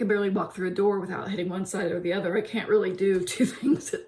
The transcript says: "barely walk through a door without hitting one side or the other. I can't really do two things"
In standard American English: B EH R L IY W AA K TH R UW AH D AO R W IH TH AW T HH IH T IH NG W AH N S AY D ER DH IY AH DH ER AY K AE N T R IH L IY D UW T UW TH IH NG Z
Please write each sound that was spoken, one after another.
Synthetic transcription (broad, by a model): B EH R L IY W AA K TH R UW AH D AO R W IH TH AW T HH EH T IH NG W AH N S AY D ER DH IY AH DH ER AY K AE N T R IH L IY D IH T UW TH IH NG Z